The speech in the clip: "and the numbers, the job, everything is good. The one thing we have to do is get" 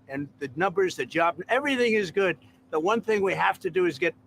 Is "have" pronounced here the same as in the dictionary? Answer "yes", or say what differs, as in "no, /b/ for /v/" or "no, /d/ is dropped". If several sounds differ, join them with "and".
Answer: no, /f/ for /v/